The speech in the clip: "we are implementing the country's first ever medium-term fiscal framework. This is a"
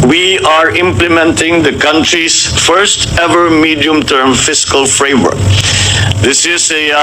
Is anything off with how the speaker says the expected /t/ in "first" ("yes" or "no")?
no